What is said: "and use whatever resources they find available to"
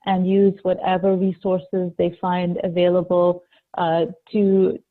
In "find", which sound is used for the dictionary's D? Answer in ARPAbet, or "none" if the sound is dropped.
D